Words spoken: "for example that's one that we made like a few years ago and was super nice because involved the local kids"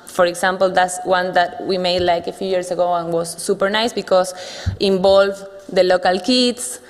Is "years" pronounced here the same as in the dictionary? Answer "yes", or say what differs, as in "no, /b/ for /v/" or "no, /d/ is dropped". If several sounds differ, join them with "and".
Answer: no, /s/ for /z/